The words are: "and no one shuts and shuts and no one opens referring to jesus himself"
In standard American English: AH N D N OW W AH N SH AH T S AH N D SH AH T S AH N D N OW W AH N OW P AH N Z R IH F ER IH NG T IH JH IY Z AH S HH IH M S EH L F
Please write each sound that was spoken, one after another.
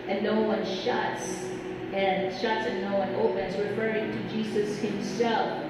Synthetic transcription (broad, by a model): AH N N OW W AH N SH AH T S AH N SH AH T S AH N N OW W AH N OW P AH N Z R IH F ER IH NG T IH JH IY Z AH S HH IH M S EH L F